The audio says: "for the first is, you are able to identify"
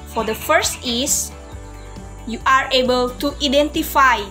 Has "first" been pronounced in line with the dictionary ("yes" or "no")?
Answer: yes